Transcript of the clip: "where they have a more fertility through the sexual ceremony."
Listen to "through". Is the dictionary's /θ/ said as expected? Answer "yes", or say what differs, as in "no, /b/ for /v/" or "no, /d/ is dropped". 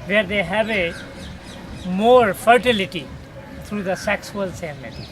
no, /t/ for /θ/